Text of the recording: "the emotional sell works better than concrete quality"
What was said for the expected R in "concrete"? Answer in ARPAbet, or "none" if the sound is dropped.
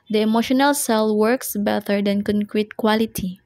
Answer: R